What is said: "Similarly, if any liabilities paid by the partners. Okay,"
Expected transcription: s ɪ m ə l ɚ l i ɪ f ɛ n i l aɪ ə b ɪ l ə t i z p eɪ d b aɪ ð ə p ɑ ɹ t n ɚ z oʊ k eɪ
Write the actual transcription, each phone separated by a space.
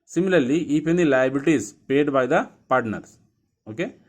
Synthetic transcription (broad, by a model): s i m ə l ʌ l i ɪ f ɛ n i l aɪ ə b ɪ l t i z p eɪ d b aɪ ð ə p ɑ ɹ t n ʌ s oʊ k eɪ